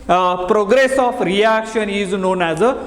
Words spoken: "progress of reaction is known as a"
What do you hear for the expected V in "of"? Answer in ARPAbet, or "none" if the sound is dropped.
P